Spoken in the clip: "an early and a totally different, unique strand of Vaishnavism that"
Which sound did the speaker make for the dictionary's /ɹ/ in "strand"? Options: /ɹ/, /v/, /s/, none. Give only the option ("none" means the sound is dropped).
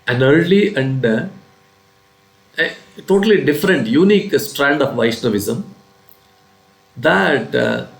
/ɹ/